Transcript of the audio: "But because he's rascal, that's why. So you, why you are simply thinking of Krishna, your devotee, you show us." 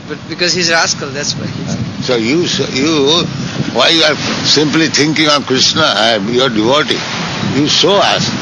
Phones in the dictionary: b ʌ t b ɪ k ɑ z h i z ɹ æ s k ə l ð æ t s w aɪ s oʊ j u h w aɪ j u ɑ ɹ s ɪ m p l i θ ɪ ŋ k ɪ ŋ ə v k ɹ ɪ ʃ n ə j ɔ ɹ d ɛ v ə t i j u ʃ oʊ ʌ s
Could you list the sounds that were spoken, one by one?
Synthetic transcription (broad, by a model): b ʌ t b ɪ k ɑ z h i z ɹ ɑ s k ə l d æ t s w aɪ s oʊ j u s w aɪ j u ɑ ɹ s ɪ m p l i t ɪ ŋ k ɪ ŋ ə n k ɹ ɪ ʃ n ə j ɔ ɹ d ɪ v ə t i j u s oʊ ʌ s